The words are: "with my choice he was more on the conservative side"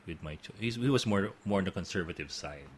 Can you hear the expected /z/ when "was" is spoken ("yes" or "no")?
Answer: no